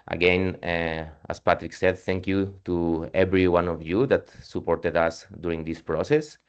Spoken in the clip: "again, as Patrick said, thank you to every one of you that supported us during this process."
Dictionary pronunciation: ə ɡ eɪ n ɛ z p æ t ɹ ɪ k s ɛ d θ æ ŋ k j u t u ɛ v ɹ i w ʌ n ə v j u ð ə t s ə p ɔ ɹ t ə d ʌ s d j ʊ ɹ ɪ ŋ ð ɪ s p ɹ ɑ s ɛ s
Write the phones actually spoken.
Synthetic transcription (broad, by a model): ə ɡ eɪ n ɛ s p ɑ t ɹ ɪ k s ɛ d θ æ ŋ k j u t u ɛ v ɹ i w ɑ n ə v j u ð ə t s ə p ɔ ɹ t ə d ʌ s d j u ɹ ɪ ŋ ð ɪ s p ɹ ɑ s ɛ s